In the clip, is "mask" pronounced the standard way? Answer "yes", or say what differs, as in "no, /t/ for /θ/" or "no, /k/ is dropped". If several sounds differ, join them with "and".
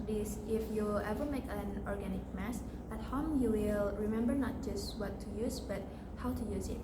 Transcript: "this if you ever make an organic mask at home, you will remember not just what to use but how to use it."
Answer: no, /k/ is dropped